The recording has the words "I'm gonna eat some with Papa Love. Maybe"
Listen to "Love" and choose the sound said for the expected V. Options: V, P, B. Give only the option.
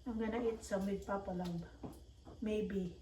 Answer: B